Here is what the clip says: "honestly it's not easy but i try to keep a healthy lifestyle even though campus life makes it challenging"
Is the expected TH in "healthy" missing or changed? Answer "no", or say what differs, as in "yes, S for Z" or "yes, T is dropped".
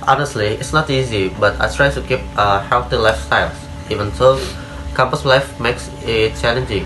yes, T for TH